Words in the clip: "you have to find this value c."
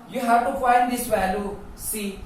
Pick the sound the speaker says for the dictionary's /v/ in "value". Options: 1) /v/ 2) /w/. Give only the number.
2